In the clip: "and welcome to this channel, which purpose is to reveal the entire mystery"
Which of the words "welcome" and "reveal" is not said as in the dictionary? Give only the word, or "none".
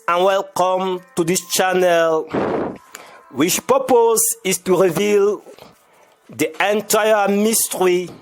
none